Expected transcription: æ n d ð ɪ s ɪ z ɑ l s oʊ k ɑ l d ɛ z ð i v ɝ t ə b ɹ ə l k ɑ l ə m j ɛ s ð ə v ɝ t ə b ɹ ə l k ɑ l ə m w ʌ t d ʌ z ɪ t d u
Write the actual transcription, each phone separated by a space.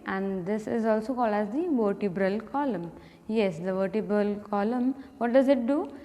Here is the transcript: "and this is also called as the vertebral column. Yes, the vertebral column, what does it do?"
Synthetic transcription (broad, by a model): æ n d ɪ s ɪ z ɑ l s oʊ k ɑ l ɑ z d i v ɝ t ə b ɹ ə l k ɑ l ə m j ɛ s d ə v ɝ t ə b ɹ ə l k ɑ l ə m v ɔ t d ʌ z ɪ t d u